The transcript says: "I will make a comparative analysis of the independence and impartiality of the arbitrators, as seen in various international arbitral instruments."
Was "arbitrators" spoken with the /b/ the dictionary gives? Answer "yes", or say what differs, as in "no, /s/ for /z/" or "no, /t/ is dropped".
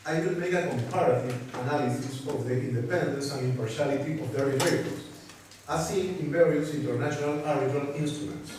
no, /b/ is dropped